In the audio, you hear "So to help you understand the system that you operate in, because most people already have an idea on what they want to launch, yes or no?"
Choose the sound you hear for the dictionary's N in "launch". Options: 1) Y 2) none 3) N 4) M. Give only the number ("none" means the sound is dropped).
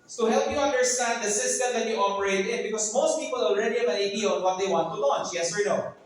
3